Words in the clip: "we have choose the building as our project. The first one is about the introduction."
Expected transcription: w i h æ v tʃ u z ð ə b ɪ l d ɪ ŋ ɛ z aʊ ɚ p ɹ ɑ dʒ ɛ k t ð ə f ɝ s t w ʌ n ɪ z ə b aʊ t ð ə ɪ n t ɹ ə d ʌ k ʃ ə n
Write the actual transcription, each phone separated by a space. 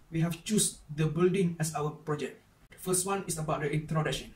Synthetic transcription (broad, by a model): w i h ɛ f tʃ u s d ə b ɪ l d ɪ ŋ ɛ s aʊ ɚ p ɹ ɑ dʒ ɛ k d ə f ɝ s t w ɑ n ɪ s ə b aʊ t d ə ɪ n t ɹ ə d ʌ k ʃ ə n